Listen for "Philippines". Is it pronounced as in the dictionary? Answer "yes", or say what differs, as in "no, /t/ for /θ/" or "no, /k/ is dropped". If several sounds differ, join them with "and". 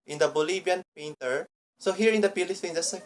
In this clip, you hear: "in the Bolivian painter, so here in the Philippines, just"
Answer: no, /p/ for /f/ and /z/ is dropped